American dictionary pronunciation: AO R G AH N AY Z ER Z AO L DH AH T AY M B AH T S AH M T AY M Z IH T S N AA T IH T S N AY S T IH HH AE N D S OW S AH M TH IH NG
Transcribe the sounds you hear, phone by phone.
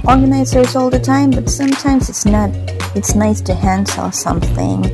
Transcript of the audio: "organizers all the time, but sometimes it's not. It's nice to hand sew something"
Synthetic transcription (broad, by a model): AO R G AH N AY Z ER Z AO L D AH T AY M B AH T S AH M T AY M Z IH T S N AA T IH T S N AY S T IH HH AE N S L S AH M TH IH NG